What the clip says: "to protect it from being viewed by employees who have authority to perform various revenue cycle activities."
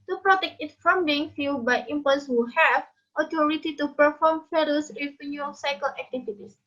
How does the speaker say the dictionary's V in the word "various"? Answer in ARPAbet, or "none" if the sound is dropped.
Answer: F